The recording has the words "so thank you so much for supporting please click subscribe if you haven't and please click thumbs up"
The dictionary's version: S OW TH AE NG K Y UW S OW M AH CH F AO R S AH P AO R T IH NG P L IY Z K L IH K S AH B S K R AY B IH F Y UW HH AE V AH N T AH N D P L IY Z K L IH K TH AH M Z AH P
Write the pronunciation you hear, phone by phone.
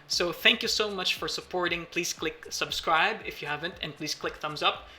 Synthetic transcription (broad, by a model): S OW TH AE NG K Y UW S OW M AH CH F AO R S AH P AO R T IH NG P L IY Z K L IH K S AH B S K R AY B IH F Y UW HH AE V AH N T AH N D P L IY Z K L IH K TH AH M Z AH P